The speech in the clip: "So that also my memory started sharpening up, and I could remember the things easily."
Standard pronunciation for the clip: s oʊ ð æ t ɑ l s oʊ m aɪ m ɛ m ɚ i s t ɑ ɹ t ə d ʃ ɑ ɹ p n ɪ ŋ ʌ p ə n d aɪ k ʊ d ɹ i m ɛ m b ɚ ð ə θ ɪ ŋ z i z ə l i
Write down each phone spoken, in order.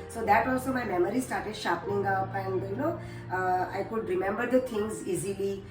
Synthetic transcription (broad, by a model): s oʊ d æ t ɑ l s oʊ m aɪ m ɛ m ɚ i s t ɑ ɹ t ə d ʃ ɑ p ɪ ŋ ʌ p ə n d aɪ k ʊ d ɹ i m ɛ m b ɚ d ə t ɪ ŋ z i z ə l i